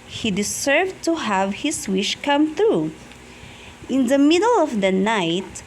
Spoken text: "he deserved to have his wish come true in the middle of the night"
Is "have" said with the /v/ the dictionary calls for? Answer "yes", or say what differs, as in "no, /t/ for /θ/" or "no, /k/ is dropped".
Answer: yes